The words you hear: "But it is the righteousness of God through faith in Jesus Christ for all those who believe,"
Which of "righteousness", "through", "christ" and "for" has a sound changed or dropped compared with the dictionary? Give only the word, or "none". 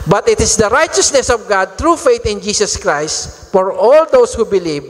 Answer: through